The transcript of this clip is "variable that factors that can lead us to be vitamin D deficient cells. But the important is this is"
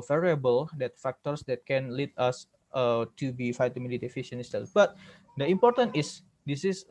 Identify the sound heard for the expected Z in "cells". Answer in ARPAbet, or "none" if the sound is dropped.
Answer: none